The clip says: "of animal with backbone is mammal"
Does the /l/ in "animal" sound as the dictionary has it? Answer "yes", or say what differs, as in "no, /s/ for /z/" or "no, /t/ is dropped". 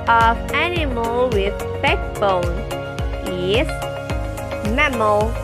yes